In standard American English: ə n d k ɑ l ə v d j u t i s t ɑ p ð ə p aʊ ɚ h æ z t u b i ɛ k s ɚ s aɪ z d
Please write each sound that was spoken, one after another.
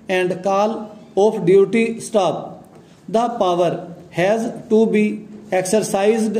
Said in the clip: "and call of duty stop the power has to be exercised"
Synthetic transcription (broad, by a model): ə n d k ɑ l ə p d j u t i s t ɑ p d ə p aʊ ɚ h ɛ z t u b i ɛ k s ɚ s aɪ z d